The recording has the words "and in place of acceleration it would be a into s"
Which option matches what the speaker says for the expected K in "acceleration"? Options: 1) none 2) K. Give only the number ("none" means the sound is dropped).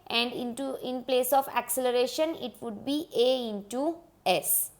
2